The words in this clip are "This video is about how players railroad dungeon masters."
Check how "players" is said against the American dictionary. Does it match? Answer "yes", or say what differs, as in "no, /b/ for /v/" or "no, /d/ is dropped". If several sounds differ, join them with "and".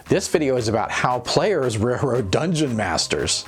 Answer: yes